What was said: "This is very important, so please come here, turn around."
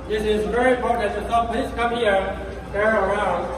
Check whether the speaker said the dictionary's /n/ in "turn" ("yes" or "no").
no